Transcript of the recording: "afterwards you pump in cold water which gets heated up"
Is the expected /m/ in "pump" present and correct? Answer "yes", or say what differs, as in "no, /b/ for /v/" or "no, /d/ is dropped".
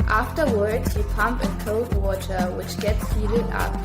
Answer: yes